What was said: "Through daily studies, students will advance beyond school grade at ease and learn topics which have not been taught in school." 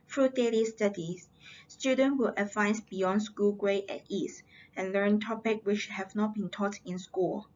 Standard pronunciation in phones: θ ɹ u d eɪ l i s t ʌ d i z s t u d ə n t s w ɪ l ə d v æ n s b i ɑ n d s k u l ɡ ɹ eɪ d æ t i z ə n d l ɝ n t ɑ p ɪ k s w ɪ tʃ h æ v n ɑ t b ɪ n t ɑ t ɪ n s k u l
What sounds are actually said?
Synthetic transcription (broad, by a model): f ɹ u d eɪ l i s t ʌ d i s s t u d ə n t w ɪ l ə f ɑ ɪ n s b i ɑ n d s k u l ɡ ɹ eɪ ɛ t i s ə n l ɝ n t ɑ p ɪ k w ɪ tʃ h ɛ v n ɑ t b ɪ n t ɑ t ɪ n s k u l